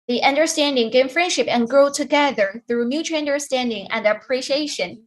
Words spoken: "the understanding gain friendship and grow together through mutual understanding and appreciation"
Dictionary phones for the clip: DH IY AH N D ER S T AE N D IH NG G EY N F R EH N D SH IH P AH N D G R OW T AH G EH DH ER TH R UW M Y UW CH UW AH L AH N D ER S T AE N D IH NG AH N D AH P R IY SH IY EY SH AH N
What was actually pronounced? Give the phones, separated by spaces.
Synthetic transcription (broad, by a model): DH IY AH N D ER S T AE N D IH NG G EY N F R EH N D SH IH P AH N G R OW T AH G EH DH ER TH R UW M Y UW CH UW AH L AH N D ER S T AE N D IH NG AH N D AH P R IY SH IY EY SH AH N